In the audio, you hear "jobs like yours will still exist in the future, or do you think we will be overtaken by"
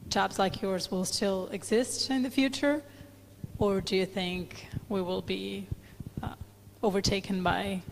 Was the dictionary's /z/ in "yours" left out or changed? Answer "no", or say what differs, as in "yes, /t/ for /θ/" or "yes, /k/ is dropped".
no